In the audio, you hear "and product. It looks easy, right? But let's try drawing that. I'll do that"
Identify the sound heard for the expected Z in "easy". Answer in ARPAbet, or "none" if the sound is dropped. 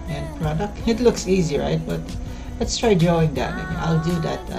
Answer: Z